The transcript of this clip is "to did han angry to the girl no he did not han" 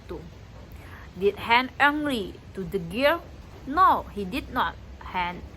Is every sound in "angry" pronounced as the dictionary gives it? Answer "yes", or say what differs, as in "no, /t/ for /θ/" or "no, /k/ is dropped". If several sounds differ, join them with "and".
no, /l/ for /ɹ/